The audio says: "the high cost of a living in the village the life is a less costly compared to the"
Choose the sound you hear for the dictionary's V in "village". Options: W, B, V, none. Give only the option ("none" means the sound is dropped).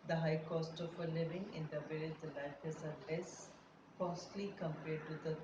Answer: B